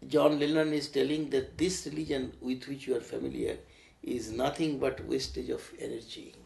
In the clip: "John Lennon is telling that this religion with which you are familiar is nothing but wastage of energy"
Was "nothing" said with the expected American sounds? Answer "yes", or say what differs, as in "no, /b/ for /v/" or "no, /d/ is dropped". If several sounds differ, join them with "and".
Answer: no, /t/ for /θ/